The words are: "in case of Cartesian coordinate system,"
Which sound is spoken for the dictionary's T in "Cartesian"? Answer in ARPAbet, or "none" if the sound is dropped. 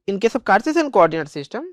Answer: S